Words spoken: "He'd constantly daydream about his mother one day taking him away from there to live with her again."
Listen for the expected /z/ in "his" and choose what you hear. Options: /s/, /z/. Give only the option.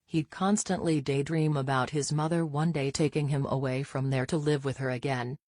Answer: /z/